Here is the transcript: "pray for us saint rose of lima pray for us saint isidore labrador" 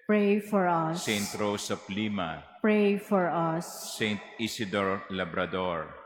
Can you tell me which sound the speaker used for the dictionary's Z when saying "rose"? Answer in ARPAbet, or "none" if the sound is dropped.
S